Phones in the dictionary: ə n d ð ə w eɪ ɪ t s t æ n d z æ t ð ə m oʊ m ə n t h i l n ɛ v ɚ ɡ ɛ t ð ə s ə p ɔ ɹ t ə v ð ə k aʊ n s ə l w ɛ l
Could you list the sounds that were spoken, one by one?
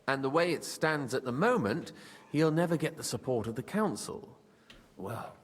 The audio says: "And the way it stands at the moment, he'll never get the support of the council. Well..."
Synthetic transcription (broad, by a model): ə n ð ə w eɪ ɪ t s t æ n d z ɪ t ð ə m oʊ m ə n t h i l n ɛ v ɚ ɡ ɛ t ð ə s ə p ɔ ɹ t ə v ð ə k aʊ n s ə l w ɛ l